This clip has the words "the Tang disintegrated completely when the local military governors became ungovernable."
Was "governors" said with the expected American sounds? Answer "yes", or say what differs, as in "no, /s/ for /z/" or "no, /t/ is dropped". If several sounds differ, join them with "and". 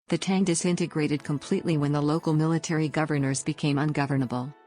yes